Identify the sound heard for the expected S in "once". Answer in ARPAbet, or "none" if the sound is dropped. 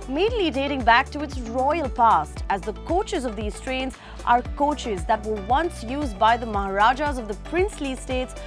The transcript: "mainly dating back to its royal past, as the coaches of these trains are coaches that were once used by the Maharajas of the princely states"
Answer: S